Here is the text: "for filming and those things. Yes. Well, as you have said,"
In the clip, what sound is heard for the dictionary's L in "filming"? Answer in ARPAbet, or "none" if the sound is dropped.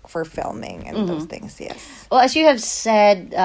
L